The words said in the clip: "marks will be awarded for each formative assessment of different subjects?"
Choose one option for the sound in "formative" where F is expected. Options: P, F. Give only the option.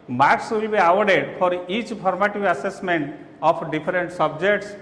P